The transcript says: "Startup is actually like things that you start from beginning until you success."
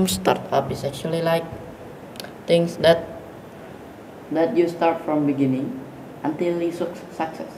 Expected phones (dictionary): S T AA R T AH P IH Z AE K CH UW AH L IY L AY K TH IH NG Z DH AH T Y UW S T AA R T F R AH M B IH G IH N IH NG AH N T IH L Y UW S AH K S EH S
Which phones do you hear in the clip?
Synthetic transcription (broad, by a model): S T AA R T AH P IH S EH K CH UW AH L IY L AY K T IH NG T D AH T Y UW S T AA R T F R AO M B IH G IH N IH NG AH N T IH L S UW S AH K S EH S